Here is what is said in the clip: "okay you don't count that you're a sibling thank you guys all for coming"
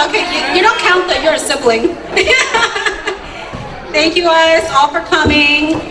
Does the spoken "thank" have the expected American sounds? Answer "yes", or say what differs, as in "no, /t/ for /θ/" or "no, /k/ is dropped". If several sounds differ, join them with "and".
yes